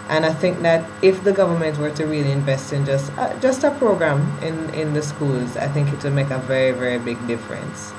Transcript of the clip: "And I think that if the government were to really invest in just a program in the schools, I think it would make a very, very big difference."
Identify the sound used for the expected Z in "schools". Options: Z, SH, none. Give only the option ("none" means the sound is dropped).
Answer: Z